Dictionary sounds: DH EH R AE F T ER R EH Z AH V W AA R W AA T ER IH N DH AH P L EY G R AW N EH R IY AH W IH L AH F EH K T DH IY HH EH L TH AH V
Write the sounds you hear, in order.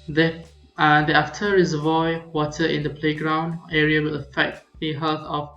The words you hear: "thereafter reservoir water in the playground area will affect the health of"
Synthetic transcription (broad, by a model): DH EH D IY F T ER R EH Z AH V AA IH W AA T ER IH N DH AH P L EY G R AW N EH R IY AH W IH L AH F EH K T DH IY HH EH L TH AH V